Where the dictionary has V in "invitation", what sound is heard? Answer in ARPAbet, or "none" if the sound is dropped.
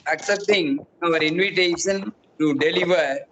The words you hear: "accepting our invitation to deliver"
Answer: V